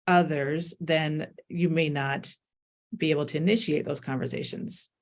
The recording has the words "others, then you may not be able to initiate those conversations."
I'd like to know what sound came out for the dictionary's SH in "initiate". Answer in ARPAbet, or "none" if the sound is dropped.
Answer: SH